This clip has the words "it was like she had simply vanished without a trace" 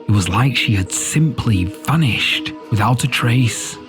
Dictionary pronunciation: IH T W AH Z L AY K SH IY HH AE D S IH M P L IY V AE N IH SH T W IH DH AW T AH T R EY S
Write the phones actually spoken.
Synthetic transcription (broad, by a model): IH T W AH Z L AY K SH IY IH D S IH M P L IY F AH N IH SH T W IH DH AW T AH T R EY S